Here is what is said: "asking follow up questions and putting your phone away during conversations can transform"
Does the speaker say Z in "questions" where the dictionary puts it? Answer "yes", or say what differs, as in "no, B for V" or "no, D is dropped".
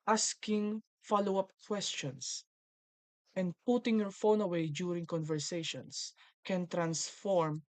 no, S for Z